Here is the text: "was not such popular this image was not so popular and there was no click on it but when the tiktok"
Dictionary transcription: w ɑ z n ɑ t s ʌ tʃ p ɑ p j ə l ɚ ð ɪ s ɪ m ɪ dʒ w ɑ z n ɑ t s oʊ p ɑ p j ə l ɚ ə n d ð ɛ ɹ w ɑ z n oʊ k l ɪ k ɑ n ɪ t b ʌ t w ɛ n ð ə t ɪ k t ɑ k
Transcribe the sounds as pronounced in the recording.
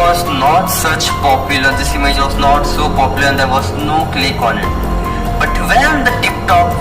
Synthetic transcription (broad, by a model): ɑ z n ɑ t s ʌ tʃ p ɑ p j ə l ɚ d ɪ s ɪ m ɪ dʒ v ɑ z n ɑ t s oʊ p ɑ p j ə l ɚ ə n d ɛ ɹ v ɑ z n oʊ k l ɪ k ɑ n ɪ t b ʌ t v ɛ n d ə t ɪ k t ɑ k